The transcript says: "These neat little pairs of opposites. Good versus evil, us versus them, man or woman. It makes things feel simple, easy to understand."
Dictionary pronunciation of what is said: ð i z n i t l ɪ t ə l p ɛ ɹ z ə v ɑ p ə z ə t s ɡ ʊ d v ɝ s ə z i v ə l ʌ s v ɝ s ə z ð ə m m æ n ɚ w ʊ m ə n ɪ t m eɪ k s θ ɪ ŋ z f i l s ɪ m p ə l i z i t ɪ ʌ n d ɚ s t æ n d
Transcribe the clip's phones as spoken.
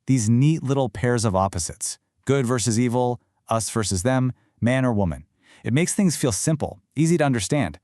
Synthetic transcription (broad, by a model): ð i z n i t l ɪ t l p ɛ ɹ z ə v ɑ p ə z ə t s ɡ ʊ d v ɝ s ə z i v l ʌ s v ɝ s ə z ð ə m m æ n ɚ w ʊ m ə n ɪ t m eɪ k s θ ɪ ŋ z f i l s ɪ m p l i z i t ɪ ʌ n d ɚ s t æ n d